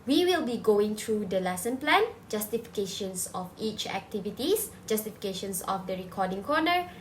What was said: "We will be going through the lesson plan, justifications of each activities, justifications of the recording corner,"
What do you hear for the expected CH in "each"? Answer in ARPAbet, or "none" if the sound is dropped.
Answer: CH